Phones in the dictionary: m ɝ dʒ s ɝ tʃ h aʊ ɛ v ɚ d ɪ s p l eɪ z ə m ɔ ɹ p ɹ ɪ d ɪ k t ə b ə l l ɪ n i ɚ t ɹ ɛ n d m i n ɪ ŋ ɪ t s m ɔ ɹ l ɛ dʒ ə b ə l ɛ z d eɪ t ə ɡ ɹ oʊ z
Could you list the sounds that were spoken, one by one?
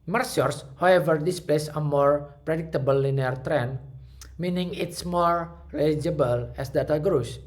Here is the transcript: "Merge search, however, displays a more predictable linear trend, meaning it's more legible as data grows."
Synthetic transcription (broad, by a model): m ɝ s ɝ s h aʊ ɛ v ɚ d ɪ s p l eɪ s ə m ɔ ɹ p ɹ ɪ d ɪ k t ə b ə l l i n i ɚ t ɹ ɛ n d m i n ɪ ŋ ɪ t s m ɔ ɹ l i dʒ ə b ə l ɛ s d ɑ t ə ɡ ɹ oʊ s